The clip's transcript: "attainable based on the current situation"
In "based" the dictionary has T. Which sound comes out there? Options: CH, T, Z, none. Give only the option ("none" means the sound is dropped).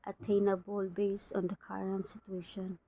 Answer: none